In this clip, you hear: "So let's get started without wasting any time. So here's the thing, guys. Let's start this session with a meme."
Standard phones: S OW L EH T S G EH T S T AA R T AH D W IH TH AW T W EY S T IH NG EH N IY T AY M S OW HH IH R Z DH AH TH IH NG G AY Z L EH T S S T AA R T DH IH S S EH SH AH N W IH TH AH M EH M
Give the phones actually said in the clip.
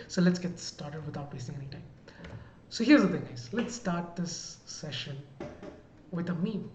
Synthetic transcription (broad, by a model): S OW L EH T S G EH T S T AA R T AH D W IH T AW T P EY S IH NG EH N IY T AY M S OW HH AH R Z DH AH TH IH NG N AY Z L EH T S S T AA R T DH IH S S EH SH AH N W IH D AH M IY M